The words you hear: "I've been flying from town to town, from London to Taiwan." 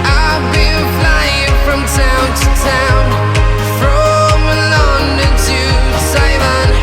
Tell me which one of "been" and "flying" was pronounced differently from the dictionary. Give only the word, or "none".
been